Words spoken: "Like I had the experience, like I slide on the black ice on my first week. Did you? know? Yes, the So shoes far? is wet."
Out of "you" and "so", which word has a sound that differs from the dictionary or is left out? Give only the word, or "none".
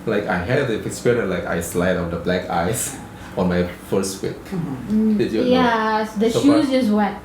so